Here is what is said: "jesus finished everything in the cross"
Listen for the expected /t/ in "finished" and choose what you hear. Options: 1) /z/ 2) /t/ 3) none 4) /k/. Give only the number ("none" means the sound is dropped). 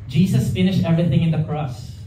2